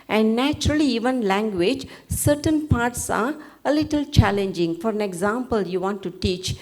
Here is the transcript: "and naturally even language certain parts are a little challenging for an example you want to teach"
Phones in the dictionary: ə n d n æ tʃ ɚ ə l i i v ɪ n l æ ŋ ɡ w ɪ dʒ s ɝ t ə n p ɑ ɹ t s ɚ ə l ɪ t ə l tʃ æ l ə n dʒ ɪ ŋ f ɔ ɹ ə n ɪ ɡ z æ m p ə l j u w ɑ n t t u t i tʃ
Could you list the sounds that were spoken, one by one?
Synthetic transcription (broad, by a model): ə n d n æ tʃ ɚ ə l i i v ɪ n l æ ŋ ɡ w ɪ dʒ s ɝ t ə n p ɑ ɹ t s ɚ ə l ɪ t ə l tʃ æ l ə n dʒ ɪ ŋ f ɔ ɹ ə n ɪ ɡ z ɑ m p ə l j u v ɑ n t t u t i tʃ